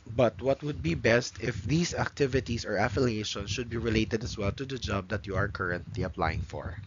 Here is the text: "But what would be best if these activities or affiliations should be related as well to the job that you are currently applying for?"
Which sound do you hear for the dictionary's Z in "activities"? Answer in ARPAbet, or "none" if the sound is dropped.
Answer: S